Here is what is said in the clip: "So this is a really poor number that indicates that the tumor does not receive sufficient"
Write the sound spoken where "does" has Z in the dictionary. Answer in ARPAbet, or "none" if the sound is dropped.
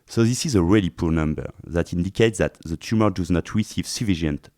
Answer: Z